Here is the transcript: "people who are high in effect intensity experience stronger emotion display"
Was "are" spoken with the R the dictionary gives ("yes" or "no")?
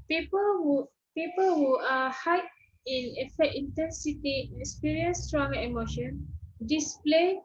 no